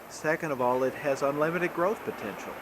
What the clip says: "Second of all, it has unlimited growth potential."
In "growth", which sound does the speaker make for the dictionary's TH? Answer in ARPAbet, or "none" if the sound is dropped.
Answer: TH